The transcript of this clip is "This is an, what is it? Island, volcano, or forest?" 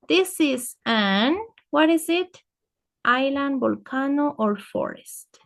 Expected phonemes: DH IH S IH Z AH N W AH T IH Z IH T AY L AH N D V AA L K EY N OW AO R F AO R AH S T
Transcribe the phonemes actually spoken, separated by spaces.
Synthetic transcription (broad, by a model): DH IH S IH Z AH N W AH T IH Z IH T AY L AH N D B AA L K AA N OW AO R F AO R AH S T